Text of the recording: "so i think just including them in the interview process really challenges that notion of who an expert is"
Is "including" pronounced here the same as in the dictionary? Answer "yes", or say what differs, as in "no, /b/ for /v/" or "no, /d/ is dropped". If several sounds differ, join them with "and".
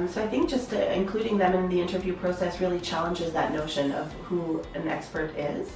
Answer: yes